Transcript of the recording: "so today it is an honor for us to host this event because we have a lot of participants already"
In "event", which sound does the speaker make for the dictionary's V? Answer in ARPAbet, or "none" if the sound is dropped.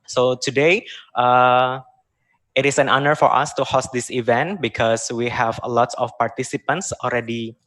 V